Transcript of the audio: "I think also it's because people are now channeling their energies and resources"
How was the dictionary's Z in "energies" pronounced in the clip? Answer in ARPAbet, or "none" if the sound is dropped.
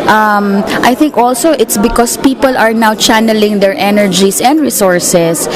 S